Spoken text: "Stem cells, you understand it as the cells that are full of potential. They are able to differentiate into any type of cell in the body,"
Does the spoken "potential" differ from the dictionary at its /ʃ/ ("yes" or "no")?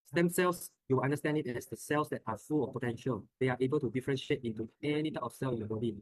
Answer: no